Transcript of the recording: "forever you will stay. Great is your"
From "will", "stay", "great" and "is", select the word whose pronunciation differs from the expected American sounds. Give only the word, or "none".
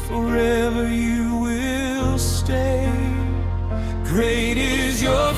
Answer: none